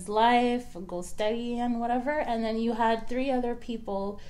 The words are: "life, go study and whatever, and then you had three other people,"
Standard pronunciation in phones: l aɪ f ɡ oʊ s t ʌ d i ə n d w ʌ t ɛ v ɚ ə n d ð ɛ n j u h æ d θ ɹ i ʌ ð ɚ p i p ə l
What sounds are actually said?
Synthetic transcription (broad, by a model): l aɪ f ɡ oʊ s t ʌ d i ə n w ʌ t ɛ v ɚ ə n ð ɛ n j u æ d θ ɹ i ʌ ð ɚ p i p l